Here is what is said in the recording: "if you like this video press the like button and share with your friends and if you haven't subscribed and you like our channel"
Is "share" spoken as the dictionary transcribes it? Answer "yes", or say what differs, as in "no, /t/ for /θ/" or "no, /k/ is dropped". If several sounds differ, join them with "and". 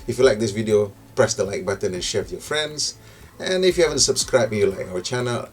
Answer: yes